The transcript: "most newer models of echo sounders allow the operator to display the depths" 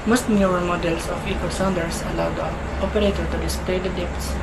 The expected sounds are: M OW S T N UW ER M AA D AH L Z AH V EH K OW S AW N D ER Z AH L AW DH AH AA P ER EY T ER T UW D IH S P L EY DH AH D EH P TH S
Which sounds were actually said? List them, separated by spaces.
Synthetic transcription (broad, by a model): M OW S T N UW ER M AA D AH L S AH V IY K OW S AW N D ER S AH L AW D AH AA P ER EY T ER T UW D IH S P L EY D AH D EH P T S